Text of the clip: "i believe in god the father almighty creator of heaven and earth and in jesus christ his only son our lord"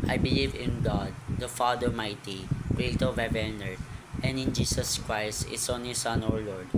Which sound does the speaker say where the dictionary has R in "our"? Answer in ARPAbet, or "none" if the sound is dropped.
R